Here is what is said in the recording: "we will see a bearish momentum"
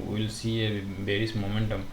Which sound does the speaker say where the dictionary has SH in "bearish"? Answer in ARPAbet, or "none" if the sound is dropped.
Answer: S